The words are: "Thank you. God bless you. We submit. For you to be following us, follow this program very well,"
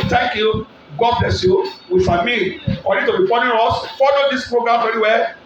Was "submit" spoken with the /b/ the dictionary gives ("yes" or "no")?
no